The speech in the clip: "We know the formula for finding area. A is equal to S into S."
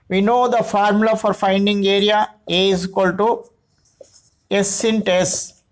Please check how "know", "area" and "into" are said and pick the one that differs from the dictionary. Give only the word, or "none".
none